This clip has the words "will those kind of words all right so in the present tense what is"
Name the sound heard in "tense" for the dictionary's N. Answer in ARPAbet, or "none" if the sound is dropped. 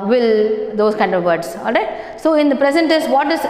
none